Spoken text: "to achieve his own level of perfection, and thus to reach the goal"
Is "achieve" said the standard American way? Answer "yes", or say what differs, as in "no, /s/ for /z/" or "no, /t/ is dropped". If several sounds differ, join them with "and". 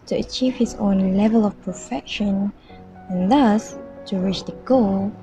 yes